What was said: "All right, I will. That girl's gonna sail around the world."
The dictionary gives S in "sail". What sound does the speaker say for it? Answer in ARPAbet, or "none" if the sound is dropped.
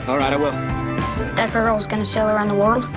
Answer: SH